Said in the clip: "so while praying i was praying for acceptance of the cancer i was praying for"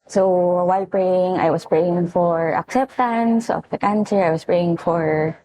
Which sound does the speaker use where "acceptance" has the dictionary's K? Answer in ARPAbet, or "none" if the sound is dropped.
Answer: K